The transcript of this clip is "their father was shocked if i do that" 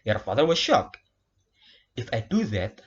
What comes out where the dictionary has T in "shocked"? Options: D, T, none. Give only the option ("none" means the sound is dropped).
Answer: none